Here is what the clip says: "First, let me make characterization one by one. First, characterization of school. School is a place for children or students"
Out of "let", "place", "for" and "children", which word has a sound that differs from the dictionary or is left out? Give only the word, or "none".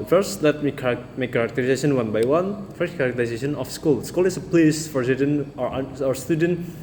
children